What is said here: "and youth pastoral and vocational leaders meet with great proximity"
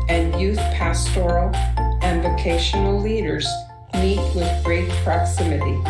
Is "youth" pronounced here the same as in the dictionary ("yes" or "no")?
yes